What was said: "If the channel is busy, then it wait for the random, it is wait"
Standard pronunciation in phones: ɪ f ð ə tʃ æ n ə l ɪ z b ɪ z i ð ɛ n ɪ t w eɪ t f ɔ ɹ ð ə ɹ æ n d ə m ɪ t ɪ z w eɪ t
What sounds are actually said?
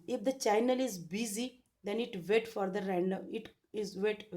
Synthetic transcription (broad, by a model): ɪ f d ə tʃ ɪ n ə l ɪ z b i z i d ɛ n ɪ t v eɪ t f ɔ ɹ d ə ɹ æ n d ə ɪ t ɪ z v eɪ t